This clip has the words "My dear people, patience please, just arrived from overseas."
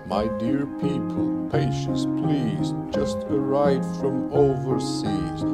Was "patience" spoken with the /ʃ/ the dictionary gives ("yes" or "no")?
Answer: yes